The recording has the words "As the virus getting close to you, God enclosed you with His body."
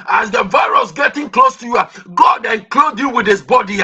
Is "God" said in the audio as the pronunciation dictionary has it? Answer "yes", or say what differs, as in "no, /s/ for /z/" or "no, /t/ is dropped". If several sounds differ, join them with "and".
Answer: yes